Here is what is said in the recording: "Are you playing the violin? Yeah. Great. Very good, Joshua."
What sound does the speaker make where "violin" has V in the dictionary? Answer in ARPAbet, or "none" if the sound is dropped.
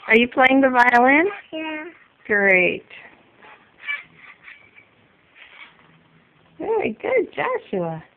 V